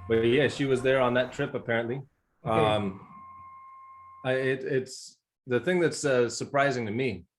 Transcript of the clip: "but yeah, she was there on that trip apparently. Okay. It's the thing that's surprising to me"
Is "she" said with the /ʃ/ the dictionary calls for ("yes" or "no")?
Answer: yes